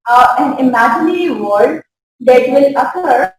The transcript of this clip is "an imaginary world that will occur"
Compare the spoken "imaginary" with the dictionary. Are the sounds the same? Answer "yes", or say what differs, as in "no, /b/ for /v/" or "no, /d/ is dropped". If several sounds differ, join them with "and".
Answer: yes